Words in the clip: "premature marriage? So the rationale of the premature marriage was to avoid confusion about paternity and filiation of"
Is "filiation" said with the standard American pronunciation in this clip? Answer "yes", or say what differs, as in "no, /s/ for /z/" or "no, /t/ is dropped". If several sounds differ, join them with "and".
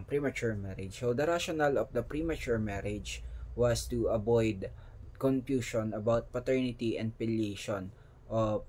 no, /p/ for /f/